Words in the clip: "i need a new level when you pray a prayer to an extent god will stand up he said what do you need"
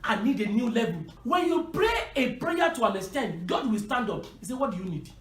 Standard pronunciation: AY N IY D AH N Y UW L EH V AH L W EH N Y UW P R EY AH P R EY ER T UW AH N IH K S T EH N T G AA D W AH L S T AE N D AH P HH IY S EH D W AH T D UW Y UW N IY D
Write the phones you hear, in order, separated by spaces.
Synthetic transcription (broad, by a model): AY N IY D AH N Y UW L EH V AH L W EH N Y UW P R EY AH P R EY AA T UW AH N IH S T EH N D G AA D W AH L S T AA N D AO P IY S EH W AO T D UW Y UW N IY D